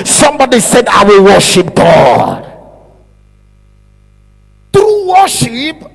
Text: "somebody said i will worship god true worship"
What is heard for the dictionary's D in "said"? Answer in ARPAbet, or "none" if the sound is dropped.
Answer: D